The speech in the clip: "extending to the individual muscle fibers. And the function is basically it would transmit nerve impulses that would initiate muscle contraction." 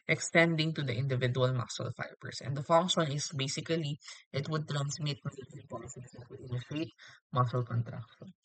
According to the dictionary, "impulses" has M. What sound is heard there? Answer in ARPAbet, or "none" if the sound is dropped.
none